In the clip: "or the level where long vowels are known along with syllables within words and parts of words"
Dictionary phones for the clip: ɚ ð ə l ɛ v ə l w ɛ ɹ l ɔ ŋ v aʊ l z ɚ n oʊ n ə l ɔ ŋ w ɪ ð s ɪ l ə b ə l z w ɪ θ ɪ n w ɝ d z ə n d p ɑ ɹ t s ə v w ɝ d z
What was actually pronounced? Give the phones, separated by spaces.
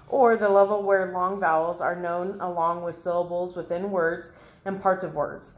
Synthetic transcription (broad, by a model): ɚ ð ə l ɛ v l w ɛ ɹ l ɔ ŋ v aʊ l z ɚ n oʊ n ə l ɔ ŋ w ɪ ð s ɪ l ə b l z w ɪ θ ɪ n w ɝ d z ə n p ɑ ɹ t s ə v w ɝ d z